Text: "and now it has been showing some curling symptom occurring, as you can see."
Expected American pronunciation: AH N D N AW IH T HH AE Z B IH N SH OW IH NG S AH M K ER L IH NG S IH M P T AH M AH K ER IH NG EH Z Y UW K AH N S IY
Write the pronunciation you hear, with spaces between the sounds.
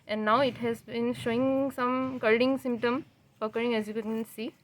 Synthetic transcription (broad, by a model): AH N D N AW IH T HH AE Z B IH N SH OW IH NG S AH M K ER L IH NG S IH M P T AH M AH K ER IH NG EH Z Y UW K AH N S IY